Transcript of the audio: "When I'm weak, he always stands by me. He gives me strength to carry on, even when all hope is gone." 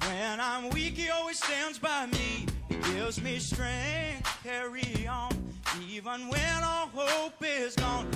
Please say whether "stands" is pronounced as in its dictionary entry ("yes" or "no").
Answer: yes